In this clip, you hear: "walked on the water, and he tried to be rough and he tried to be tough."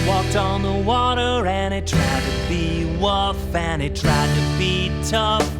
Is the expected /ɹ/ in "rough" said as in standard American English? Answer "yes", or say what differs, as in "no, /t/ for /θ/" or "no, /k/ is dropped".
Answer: no, /w/ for /ɹ/